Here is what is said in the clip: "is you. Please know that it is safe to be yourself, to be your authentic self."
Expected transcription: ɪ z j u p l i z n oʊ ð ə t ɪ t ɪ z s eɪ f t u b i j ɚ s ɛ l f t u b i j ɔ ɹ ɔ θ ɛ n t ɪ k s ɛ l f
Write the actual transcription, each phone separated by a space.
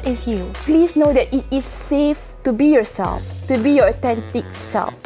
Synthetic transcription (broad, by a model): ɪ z j u p l i s n oʊ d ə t ɪ t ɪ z s eɪ f t u b i j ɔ s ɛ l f t u b i j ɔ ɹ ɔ t ɛ n t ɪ k s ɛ l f